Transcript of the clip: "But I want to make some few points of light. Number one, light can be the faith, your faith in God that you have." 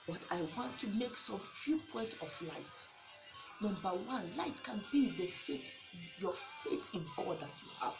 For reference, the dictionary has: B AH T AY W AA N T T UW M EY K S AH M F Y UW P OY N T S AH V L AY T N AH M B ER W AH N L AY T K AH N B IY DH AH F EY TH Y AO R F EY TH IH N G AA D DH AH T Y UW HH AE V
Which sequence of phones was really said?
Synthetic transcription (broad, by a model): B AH T AY W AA N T T UW M EY K S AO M F Y UW P OY N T AH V L AY T N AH M B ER W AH N L AY T K AH N B IY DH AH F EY T Y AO F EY T IH N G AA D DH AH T Y UW HH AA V